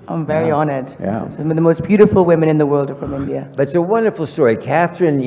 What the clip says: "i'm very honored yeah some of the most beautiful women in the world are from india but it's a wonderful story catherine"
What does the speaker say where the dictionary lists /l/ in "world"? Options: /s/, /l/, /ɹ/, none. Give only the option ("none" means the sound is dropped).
/l/